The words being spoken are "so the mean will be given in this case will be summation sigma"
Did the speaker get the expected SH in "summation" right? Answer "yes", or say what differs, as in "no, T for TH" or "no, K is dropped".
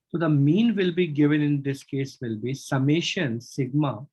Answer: yes